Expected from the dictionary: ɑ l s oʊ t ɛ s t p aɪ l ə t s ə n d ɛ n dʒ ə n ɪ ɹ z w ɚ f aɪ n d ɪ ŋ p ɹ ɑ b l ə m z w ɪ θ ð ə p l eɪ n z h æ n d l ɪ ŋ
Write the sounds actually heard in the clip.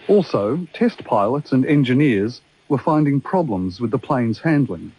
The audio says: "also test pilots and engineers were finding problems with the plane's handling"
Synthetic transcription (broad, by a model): ɑ l s oʊ t ɛ s t p aɪ l ə t s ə n ɛ n dʒ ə n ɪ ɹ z w ɚ f aɪ n d ɪ ŋ p ɹ ɑ b l ə m z w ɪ ð ə p l eɪ n z h æ n d l ɪ ŋ